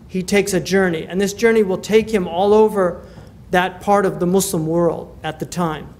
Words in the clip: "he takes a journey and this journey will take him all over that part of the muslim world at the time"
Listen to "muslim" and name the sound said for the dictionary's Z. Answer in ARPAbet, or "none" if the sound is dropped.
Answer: S